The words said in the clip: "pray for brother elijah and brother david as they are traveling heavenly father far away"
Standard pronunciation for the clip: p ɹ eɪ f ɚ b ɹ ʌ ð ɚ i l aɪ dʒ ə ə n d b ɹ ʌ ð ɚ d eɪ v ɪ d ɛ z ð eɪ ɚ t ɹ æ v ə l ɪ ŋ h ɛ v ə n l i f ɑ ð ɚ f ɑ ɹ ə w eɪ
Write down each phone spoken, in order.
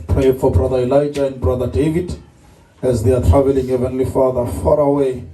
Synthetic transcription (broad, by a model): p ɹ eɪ f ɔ b ɹ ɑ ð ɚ i l aɪ dʒ ə ə n d b ɹ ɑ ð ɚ d eɪ v ɪ d ɛ z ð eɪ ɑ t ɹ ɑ v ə l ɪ ŋ h ɛ v ə n l i f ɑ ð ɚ f ɑ ɹ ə w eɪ